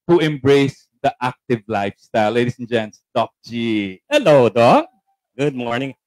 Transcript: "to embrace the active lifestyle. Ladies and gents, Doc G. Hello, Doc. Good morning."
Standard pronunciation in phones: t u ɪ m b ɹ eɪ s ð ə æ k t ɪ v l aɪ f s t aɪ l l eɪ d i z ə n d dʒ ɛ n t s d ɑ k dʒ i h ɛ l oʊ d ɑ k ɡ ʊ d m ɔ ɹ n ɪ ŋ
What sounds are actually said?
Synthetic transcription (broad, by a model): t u ɪ m b ɹ eɪ s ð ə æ k t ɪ v l aɪ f s t aɪ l l eɪ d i s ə n dʒ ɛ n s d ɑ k dʒ i h ɛ l oʊ d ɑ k ɡ ʊ d m ɔ ɹ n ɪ ŋ